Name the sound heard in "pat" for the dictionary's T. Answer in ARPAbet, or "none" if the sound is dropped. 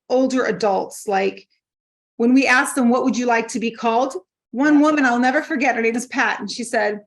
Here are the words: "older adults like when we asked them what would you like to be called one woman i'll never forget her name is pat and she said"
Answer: T